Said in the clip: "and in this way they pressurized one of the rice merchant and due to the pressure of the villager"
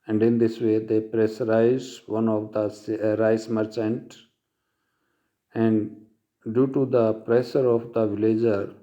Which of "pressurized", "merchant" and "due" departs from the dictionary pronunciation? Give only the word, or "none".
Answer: pressurized